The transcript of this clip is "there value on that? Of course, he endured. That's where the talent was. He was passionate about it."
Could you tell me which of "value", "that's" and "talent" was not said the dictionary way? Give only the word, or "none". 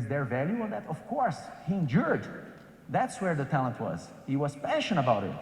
none